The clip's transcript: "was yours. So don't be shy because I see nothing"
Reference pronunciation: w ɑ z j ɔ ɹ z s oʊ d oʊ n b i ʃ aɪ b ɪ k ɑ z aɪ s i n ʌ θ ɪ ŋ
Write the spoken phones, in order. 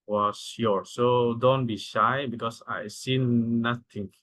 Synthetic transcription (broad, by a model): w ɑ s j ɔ ɹ s oʊ d oʊ n b i ʃ aɪ b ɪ k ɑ s aɪ s i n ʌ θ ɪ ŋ